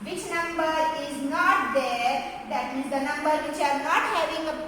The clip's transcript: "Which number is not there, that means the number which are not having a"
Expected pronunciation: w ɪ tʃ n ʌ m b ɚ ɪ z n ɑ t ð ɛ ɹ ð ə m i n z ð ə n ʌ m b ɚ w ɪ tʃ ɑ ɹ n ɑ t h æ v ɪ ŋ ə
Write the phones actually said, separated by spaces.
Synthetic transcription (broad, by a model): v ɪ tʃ n ʌ m b ɚ ɪ z n ɑ t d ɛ ɹ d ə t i z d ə n ʌ m b ɚ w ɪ tʃ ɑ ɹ n ɑ t h æ v ɪ ŋ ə